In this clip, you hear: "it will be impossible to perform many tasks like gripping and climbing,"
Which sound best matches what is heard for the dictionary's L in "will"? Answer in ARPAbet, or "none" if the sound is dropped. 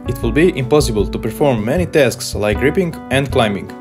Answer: L